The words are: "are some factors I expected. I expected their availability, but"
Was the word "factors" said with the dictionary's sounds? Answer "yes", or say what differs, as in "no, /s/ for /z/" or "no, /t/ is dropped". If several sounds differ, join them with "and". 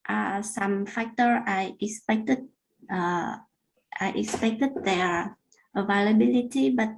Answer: no, /z/ is dropped